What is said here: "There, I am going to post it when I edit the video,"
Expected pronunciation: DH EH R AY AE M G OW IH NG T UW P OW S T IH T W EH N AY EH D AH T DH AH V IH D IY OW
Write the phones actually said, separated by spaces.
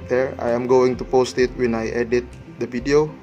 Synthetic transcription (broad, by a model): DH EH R AY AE M G OW IH NG T UW P OW S T IH T W EH N AY EH D AH T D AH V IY D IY OW